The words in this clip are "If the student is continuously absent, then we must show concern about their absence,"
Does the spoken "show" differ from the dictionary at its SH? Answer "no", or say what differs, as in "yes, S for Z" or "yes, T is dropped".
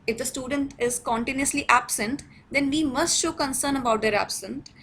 no